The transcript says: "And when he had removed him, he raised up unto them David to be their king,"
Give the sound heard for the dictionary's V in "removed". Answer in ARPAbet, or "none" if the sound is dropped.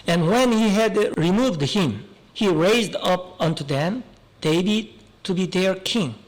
V